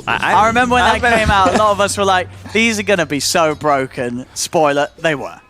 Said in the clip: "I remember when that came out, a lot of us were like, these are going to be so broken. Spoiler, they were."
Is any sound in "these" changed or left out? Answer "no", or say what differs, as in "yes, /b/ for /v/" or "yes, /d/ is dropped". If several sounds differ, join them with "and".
no